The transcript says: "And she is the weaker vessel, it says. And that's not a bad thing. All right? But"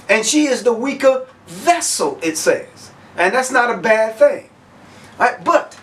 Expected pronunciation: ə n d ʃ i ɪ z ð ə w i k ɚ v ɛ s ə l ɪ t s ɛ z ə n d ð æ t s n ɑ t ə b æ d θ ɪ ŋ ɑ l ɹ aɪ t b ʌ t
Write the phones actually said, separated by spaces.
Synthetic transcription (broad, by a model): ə n ʃ i ɪ z ð ə w i k ɚ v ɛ s l ɪ t s ɛ z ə n ð æ t s n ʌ t ə b æ d θ ɪ ŋ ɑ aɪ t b ʌ t